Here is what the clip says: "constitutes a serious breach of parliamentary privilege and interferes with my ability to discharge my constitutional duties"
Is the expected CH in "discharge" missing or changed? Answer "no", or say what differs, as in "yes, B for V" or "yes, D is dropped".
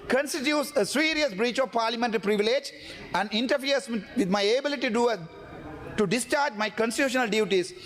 no